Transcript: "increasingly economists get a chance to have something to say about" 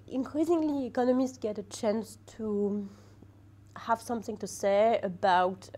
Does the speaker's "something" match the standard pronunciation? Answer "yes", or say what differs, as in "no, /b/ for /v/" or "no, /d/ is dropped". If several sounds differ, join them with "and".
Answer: yes